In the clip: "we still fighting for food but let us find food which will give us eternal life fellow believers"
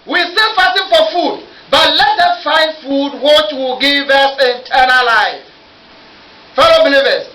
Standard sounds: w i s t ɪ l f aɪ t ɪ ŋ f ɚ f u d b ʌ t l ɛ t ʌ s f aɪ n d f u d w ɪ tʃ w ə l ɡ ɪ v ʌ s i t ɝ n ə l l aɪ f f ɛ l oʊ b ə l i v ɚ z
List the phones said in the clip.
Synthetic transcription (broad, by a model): w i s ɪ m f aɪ s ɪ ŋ f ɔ f u d b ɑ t l ɛ t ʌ f aɪ n d f u d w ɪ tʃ w ə l ɡ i v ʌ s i t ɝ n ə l l aɪ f f ɛ l oʊ b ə l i v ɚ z